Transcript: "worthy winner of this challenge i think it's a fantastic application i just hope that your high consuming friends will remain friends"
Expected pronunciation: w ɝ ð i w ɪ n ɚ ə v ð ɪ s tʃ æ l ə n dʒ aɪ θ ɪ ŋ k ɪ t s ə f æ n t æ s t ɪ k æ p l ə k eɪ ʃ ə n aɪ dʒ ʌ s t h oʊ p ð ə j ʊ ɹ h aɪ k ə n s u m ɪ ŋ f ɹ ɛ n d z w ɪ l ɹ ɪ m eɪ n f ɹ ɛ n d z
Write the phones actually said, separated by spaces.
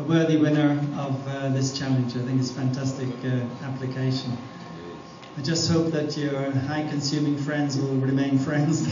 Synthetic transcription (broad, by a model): w ɝ ð i w ɪ n ɚ ə v ð ɪ s tʃ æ l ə n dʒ aɪ θ ɪ ŋ k ɪ t s f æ n t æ s t ɪ k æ p l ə k eɪ ʃ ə n aɪ dʒ ʌ s t h oʊ p ð ə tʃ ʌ ɹ h aɪ k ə n s u m ɪ ŋ f ɹ ɛ n d z w ɪ l ɹ ɪ m eɪ n f ɹ ɛ n d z